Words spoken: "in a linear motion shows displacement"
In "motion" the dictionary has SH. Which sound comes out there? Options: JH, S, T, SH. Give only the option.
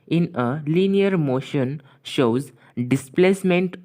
SH